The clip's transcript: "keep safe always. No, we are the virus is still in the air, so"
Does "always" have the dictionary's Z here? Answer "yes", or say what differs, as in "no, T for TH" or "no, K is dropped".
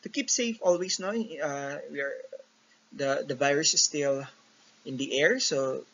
no, S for Z